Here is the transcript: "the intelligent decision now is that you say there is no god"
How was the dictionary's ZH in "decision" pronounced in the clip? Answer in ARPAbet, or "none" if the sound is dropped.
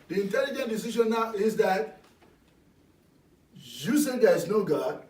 SH